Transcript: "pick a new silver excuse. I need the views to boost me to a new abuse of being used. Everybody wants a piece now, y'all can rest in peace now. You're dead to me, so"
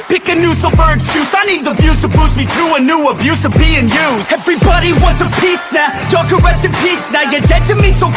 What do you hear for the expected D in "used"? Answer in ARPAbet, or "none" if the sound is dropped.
none